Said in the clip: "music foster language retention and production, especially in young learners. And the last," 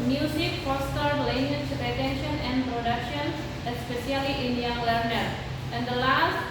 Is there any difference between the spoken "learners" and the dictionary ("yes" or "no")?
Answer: yes